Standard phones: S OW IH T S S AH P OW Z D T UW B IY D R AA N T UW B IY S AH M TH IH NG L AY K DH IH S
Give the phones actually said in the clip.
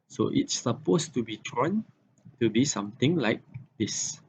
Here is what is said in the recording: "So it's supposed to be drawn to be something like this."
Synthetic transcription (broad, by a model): S OW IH T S S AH P OW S T UW B IY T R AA N T UW B IY S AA M T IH NG L AY K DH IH S